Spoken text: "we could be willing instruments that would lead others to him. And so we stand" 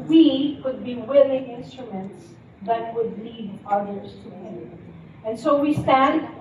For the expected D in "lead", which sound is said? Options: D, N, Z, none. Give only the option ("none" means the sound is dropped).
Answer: D